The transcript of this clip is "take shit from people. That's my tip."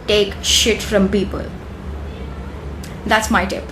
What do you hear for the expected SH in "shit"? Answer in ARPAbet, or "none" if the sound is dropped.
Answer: SH